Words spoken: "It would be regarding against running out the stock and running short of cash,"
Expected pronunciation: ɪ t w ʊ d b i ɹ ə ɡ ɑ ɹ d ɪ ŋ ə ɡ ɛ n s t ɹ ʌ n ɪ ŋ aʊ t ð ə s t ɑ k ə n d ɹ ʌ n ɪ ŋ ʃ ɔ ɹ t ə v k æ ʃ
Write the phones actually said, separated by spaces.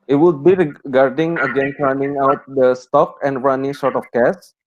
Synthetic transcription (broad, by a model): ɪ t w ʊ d b i ɹ ə ɡ ɑ ɹ d ɪ ŋ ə ɡ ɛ n t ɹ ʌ n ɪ ŋ aʊ t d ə s t ɑ k ə n d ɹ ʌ n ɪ ŋ s ɔ ɹ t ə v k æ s